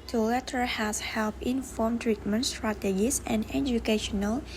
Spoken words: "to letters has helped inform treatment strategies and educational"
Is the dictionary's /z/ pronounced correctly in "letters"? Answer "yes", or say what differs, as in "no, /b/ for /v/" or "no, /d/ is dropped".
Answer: no, /z/ is dropped